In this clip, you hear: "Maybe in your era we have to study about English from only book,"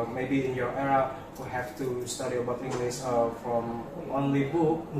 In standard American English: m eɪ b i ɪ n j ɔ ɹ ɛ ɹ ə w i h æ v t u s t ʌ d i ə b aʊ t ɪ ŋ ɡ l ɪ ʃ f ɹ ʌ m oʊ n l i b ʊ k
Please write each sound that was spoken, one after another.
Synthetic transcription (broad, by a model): m eɪ b i ɪ n j ɔ ɹ ɛ ɹ ə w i h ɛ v t u s t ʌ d i ə b aʊ t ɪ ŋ ɡ l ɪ s f ɹ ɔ m oʊ n l i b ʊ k